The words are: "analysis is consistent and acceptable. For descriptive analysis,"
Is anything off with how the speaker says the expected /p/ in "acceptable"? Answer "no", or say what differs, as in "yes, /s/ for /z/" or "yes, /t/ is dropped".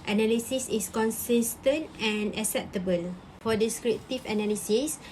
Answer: no